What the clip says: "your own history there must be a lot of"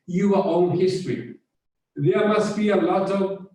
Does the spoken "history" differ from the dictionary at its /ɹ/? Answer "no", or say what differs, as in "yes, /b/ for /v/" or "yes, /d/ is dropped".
no